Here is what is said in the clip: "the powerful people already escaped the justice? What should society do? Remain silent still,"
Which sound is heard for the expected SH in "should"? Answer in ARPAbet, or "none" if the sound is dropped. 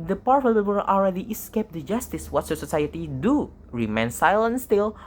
S